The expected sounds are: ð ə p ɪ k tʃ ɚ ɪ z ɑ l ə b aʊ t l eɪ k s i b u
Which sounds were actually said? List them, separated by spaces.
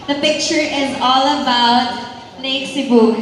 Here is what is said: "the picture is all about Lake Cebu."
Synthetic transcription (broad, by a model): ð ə p ɪ k tʃ ɚ ɪ z ɑ l ə b aʊ t n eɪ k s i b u